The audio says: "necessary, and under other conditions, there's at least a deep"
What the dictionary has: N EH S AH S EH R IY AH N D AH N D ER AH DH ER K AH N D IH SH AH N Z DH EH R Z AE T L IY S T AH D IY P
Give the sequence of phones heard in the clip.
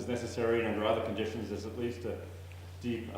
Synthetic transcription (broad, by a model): N EH S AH S EH R IY AH N D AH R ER AH DH ER K AH N D IH SH AH N Z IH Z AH T L IY S T AH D IY P